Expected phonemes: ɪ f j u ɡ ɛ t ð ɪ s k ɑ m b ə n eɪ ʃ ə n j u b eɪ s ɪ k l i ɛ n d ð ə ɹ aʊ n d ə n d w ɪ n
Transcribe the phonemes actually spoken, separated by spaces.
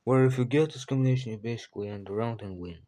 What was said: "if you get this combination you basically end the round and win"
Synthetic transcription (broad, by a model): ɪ f j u ɡ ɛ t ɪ s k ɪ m ə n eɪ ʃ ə n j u b eɪ s ɪ k l i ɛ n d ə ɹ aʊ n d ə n w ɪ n